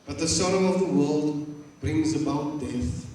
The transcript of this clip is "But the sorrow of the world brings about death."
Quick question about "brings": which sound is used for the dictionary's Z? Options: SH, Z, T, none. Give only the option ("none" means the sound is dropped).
Z